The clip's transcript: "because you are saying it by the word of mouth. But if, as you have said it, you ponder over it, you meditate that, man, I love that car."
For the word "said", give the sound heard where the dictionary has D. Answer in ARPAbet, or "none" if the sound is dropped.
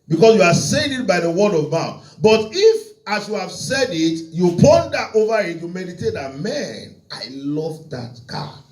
D